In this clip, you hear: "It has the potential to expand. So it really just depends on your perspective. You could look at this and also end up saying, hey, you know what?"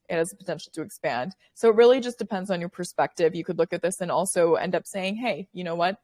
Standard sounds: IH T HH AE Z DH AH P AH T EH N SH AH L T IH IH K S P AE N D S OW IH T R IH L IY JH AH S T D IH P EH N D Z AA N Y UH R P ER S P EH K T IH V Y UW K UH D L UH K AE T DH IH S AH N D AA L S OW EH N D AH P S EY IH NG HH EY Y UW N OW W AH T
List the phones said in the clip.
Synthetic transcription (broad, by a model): IH T HH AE Z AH P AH T EH N SH L T IH IH K S P AE N D S OW IH T R IH L IY JH AH S D IH P EH N D Z N Y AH R P ER S P EH K T IH V Y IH K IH D L UH K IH T DH IH S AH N AA L S OW EH N D AH P S EY IH NG HH EY Y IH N OW W AH T